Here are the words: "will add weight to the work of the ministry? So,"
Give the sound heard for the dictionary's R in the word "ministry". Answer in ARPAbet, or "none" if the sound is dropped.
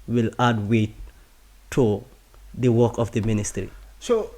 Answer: R